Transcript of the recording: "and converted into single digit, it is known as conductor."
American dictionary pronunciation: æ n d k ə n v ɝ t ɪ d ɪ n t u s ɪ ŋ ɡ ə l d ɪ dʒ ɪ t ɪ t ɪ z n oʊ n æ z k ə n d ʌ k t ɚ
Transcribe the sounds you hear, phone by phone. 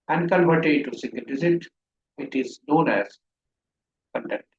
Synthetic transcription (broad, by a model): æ n d k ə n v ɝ t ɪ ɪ t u s ɪ ŋ ɡ ə l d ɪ z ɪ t ɪ t ɪ z n oʊ n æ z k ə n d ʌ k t